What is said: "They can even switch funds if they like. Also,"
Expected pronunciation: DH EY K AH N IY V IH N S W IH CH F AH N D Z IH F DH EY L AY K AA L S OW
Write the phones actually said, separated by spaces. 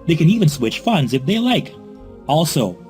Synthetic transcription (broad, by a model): DH EY K AH N IY V IH N S W IH CH F AH N D Z IH F DH EY L AY K AA L S OW